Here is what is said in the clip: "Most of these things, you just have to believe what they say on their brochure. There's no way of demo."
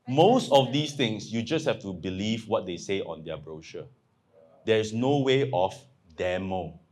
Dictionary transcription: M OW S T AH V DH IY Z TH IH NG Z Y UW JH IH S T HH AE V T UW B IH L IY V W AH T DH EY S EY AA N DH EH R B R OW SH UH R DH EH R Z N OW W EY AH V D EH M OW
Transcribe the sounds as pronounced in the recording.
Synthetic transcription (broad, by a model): M OW S T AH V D IY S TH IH NG S Y UW JH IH S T HH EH F T UW B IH L IY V W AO T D EY S EY AA N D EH B R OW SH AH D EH R S N OW W EY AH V D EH M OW